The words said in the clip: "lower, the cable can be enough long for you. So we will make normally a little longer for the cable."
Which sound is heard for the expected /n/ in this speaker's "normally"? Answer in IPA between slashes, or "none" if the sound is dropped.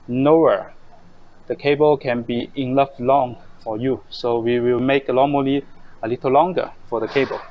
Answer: /l/